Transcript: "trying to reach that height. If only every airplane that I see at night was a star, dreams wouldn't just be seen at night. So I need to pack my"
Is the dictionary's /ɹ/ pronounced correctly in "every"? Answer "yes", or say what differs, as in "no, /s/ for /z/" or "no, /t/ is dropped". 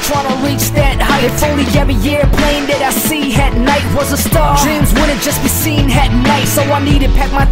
no, /ɹ/ is dropped